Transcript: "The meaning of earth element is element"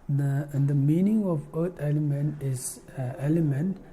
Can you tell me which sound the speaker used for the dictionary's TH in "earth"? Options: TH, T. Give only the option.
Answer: T